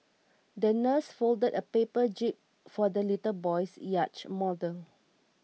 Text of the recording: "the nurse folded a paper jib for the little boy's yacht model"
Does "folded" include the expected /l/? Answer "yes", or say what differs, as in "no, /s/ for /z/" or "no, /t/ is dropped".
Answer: yes